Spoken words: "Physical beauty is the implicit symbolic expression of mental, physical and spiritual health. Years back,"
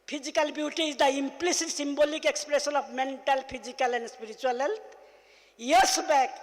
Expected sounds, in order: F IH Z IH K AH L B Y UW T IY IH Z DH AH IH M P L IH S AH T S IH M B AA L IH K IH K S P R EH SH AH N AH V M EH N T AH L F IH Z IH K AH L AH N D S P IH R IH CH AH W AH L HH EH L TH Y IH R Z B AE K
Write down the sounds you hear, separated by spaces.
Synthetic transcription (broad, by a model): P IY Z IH K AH L B Y UW T IY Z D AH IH M P L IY S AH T S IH M B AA L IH K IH K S P R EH S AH N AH B M EH N T AH L P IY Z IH K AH L AH N D S P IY R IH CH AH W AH L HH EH L T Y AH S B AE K